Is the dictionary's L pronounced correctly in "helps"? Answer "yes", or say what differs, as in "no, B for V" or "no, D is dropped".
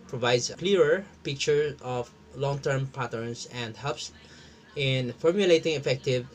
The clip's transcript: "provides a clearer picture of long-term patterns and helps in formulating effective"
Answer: no, L is dropped